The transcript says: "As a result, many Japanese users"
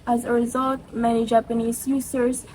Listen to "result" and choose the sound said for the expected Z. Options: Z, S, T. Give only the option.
Z